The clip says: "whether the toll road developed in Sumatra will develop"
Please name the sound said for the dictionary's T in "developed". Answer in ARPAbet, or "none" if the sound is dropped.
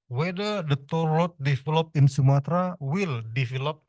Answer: none